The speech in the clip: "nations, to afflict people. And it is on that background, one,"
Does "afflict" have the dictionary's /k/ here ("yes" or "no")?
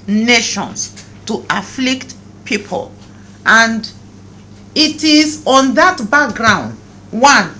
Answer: yes